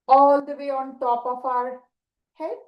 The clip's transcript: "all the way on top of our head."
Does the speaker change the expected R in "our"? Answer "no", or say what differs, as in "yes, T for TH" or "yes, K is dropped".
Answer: no